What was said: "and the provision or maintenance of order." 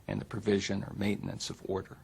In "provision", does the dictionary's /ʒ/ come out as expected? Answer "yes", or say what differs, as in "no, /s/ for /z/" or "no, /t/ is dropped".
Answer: yes